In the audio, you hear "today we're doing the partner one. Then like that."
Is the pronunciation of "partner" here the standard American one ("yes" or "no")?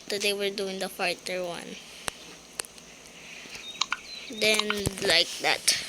no